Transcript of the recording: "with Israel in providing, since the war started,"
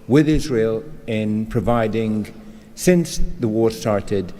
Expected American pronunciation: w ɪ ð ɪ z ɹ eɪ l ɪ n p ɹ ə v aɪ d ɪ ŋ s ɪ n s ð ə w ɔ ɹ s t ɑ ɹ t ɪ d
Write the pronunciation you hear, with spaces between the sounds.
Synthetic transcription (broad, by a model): w ɪ ð ɪ z ɹ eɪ l ɪ n p ɹ ə v aɪ d ɪ ŋ s ɪ n s ð ə w ɔ ɹ s t ɑ ɹ t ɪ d